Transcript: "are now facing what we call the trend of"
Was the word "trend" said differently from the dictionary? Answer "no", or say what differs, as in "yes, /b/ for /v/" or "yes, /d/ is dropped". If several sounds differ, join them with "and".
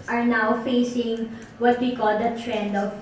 no